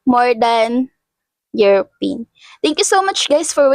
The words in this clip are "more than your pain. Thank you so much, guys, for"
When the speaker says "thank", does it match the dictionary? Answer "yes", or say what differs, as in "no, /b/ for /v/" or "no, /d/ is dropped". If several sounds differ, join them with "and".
no, /t/ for /θ/